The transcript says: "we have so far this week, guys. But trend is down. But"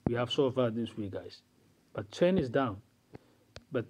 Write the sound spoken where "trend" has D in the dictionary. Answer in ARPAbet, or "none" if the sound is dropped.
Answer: none